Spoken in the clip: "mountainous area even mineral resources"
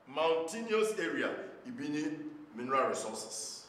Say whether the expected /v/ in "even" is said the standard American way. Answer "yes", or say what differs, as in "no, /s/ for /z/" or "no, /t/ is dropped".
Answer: no, /b/ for /v/